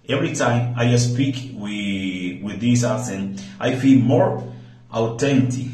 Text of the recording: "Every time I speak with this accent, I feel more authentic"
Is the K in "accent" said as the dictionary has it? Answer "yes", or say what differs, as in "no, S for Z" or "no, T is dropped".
no, K is dropped